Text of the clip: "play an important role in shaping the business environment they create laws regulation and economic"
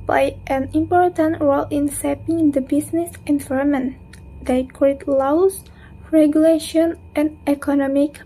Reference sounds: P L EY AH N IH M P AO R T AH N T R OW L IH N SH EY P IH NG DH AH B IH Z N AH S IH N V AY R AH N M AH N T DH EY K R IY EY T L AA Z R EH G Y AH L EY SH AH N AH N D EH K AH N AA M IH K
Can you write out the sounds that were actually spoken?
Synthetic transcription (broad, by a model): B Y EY AH N IH M P AO R T AH N T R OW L IH N S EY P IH NG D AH B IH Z N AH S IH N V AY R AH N M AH N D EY K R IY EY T L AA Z R EH G Y AH L EY SH AH N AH N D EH K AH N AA M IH K